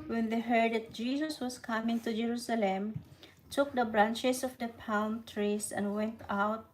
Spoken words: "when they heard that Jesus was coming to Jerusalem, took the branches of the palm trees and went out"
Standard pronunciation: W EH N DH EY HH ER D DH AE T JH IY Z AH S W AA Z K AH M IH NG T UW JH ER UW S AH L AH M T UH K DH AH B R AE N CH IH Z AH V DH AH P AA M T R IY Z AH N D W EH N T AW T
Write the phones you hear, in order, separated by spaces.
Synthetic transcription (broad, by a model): W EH N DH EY HH ER D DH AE T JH IY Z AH S W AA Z K AH M IH NG T UW JH ER UW S AH L AH M T UH K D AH B R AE N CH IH S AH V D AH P AA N T R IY S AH N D W EH N T AW T